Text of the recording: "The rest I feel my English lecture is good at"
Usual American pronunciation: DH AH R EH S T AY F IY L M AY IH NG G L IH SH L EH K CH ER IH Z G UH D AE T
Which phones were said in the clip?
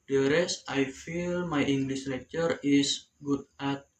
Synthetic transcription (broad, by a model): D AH R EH S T AY F IY L M AY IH NG G L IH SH N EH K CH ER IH S G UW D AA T